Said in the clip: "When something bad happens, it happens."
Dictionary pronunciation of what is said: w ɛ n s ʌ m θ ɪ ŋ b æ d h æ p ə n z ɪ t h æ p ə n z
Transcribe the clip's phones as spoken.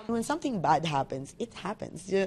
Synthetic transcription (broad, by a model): w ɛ n s ʌ m θ ɪ ŋ b æ d h æ p ə n z ɪ t h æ p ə n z